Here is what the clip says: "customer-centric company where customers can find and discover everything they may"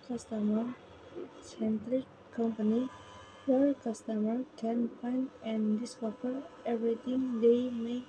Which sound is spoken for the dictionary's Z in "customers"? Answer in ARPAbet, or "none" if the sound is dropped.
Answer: none